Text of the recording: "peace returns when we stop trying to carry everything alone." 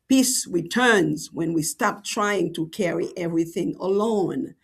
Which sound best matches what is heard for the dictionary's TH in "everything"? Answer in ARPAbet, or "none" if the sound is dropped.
TH